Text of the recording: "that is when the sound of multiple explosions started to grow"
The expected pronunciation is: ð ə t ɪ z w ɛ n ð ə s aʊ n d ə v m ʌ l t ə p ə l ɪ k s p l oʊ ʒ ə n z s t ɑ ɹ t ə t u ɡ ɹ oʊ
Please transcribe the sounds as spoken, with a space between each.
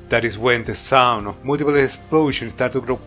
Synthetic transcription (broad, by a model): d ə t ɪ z w ɛ n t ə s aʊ n ə m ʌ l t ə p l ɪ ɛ s p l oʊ ʃ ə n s t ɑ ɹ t t u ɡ ɹ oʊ